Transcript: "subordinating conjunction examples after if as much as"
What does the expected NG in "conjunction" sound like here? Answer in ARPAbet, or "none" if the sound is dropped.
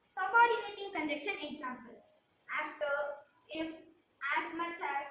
none